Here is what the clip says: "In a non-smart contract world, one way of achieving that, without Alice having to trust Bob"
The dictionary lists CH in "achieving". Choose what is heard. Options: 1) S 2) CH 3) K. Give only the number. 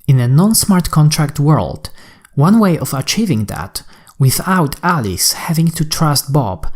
2